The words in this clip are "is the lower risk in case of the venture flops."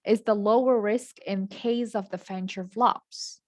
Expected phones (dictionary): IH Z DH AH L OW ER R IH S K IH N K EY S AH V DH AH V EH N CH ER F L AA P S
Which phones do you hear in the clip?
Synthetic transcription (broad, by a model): IH Z DH AH L OW ER R IH S K IH N K EY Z AH V DH AH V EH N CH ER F L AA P S